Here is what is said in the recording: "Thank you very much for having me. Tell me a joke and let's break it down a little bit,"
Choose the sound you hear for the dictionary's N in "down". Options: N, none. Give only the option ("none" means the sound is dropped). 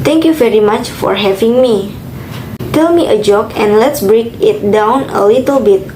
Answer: N